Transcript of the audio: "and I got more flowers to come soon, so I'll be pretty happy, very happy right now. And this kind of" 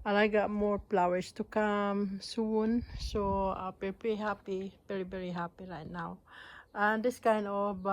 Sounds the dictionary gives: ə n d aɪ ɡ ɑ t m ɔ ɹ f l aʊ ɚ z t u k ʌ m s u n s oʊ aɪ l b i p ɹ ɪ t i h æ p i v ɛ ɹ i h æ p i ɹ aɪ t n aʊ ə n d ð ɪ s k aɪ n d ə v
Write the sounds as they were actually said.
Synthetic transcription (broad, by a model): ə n aɪ ɡ ɑ t m ɔ ɹ p l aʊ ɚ s t u k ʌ m s u n s oʊ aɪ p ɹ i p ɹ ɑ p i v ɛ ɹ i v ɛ ɹ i h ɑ p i ɹ aɪ t n aʊ ə n d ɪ s k aɪ n d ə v